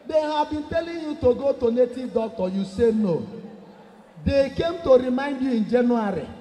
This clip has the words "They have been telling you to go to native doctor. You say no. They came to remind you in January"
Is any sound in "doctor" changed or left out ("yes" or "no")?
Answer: yes